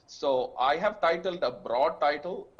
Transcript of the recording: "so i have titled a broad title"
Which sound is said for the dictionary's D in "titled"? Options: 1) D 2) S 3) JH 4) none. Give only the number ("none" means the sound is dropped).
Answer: 1